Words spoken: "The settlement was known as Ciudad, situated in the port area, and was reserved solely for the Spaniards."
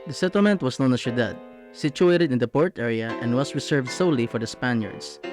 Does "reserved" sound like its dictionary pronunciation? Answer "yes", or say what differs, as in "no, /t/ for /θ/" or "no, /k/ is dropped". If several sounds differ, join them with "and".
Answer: no, /s/ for /z/